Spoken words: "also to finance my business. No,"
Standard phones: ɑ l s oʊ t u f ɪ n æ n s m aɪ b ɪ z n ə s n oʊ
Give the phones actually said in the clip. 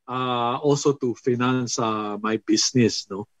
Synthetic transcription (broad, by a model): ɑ l s oʊ t u f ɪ n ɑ n s m aɪ b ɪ s n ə s n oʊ